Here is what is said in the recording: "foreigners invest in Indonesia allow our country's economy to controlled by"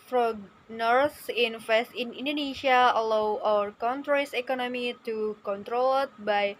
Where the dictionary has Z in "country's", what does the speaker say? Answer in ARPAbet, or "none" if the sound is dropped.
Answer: S